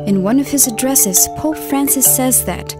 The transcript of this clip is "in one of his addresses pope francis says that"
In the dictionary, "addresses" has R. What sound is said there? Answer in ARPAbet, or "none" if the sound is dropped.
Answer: R